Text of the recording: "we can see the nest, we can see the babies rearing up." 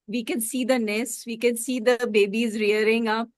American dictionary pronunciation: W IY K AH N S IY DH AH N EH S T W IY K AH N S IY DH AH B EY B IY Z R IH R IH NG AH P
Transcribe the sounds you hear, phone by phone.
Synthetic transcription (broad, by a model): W IY K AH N S IY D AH N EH S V IY K AH N S IY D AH B EY B IY Z R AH R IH NG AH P